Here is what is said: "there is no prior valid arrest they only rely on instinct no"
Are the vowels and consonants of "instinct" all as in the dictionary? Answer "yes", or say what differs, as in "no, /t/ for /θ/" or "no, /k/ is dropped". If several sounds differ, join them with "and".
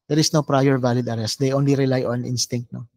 yes